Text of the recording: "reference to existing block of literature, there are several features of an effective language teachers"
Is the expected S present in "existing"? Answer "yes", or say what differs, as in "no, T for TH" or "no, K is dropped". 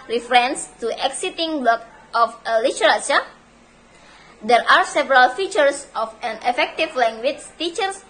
no, S is dropped